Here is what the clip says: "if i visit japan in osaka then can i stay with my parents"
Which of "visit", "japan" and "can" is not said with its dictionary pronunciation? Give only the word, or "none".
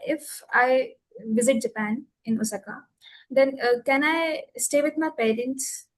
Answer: none